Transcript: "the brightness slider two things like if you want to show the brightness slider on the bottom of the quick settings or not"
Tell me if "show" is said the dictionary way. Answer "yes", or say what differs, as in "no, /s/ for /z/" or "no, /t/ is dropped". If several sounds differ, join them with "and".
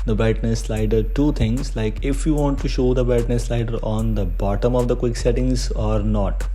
yes